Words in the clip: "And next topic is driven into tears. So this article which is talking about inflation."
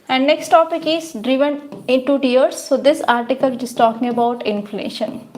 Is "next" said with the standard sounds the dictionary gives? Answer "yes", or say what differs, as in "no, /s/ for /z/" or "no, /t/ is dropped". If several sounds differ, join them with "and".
yes